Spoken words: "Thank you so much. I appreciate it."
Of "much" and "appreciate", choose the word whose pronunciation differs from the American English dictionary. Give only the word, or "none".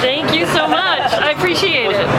none